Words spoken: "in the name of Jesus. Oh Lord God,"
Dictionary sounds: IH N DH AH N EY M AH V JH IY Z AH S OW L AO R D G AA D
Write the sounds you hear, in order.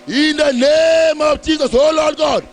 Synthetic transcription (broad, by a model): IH N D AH N EY M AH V CH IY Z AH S OW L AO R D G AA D